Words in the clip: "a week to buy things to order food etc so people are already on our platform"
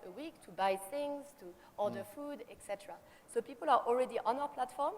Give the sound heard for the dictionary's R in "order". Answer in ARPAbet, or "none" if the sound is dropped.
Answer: L